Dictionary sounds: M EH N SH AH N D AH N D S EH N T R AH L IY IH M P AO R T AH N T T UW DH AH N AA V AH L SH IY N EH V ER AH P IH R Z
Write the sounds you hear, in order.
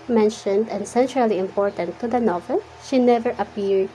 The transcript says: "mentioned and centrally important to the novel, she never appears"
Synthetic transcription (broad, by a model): M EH N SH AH N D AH N S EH N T R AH L IY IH M P AO R T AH N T T UW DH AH N AA V AH L SH IY N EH V ER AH P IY R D